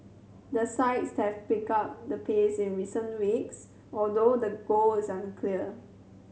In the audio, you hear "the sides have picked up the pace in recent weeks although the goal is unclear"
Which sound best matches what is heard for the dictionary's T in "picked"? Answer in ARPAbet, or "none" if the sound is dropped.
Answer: none